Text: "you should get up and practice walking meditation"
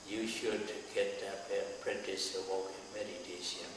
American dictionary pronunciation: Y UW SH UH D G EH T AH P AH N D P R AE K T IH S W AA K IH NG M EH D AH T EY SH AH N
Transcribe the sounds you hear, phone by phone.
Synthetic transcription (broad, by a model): Y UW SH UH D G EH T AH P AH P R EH T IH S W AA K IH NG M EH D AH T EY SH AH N